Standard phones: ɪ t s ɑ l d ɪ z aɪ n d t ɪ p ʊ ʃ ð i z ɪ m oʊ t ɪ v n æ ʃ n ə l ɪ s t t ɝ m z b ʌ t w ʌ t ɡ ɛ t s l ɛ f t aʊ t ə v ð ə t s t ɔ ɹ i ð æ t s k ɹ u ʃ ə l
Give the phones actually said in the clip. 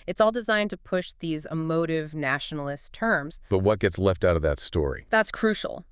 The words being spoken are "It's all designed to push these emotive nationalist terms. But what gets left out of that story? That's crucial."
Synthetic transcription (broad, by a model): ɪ t s ɑ l d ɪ z aɪ n t ɪ p ʊ ʃ ð i z ɪ m oʊ t ɪ v n æ ʃ n l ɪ s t t ɝ m z b ʌ t w ʌ t ɡ ɛ t s l ɛ f t aʊ t ə v ð ə t s t ɔ ɹ i ð æ t s k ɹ u ʃ l